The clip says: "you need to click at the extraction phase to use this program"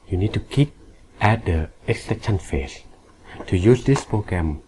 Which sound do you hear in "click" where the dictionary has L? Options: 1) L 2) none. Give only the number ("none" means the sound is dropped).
2